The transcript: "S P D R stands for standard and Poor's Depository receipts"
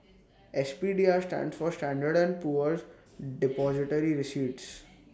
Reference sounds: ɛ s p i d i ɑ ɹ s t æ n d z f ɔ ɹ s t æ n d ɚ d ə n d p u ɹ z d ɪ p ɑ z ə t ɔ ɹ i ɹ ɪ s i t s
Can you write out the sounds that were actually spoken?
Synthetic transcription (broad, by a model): ɛ s p i d i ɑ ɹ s t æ n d s f ɔ ɹ s t æ n d ɚ d ə n d p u ɹ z d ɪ p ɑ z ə t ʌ ɹ i ɹ ɪ s i t s